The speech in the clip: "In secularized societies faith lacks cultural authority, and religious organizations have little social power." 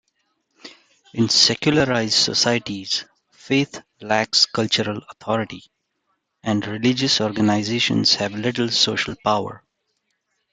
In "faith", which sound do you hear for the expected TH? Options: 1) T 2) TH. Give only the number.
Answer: 1